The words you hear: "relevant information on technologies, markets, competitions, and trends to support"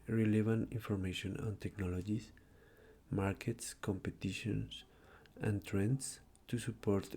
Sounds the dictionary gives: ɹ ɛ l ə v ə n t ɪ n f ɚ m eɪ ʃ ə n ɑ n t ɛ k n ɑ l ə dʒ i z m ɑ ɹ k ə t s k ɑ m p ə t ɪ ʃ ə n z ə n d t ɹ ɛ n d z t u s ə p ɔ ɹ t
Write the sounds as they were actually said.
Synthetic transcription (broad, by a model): ɹ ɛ l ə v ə n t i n f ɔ m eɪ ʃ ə n ɑ n t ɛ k n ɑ l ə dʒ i s m ɑ ɹ k ə t s k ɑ m p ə t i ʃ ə n s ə n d t ɹ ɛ n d s t u s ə p ɔ ɹ t